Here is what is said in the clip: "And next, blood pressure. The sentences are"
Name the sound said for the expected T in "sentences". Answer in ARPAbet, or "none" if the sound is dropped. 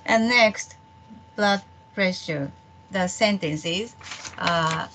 T